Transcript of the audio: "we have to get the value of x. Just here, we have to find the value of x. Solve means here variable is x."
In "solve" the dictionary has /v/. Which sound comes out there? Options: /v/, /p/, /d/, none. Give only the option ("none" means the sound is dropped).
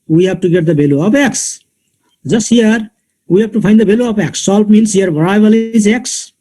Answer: /p/